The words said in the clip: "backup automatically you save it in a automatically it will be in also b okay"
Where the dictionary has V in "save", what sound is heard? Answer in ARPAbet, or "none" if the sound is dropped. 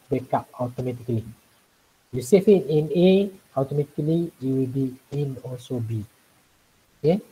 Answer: F